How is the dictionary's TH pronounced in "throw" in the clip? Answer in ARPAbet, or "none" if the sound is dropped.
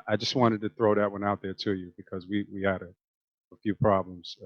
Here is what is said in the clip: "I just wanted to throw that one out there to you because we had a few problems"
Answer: TH